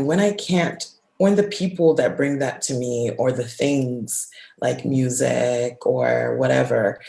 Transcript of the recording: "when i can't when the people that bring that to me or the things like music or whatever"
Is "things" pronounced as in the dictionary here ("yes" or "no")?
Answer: yes